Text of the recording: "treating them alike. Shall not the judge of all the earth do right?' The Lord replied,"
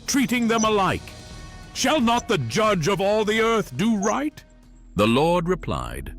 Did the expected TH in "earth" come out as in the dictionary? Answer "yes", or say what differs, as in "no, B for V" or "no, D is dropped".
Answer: yes